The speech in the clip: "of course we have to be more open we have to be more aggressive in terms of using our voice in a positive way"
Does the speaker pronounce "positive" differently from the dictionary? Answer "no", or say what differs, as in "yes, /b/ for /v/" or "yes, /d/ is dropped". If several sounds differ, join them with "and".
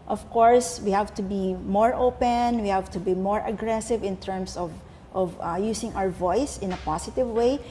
yes, /s/ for /z/